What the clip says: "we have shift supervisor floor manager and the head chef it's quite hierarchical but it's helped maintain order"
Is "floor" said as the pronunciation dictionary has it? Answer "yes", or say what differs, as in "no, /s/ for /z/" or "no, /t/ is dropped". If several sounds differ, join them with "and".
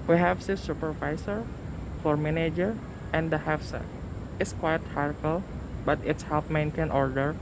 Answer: no, /l/ is dropped